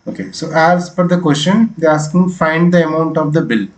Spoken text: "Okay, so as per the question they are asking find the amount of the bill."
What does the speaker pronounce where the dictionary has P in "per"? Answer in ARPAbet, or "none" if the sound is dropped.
F